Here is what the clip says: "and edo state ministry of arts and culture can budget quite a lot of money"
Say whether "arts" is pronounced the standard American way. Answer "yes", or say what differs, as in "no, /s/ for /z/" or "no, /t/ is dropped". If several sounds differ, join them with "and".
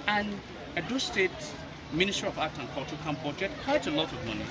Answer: no, /s/ is dropped